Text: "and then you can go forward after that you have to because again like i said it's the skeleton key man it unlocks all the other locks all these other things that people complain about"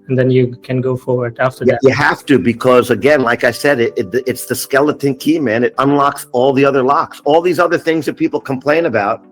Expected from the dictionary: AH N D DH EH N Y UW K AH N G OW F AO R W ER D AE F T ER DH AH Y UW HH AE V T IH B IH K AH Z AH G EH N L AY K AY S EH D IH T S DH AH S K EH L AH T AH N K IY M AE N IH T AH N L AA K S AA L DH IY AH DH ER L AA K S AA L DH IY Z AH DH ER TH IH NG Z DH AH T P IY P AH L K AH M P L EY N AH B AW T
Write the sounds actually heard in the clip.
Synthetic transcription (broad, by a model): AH N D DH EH N Y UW K AH N G OW F AO R W ER D AE F T ER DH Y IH HH AE F T IH B IH K AH Z AH G EH N L AY K AY S EH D IH T S DH AH S K EH L AH T AH N K IY M AE N IH T AH N L AA K S AA L DH IY AH DH ER L AA K S AA L DH IY Z AH DH ER TH IH NG Z DH AH T P IY P L K AH M P L EY N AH B AW T